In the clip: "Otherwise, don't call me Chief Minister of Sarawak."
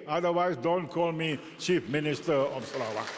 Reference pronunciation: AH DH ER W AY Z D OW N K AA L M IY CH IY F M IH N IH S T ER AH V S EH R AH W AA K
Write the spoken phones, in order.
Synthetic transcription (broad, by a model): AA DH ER W AY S D OW N K AA L M IY CH IY F M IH N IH S T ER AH F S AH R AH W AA